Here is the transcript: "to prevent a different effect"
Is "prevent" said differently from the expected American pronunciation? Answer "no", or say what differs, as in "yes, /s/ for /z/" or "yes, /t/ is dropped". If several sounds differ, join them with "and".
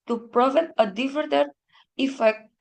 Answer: yes, /n/ is dropped